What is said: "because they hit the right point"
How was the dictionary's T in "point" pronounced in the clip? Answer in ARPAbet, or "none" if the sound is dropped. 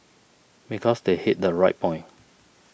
none